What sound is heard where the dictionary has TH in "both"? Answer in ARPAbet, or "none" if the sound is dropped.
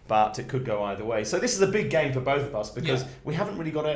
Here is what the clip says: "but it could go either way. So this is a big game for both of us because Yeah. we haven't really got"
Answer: TH